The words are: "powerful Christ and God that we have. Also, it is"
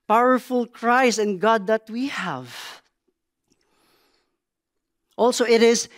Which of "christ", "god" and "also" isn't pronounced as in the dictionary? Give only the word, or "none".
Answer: christ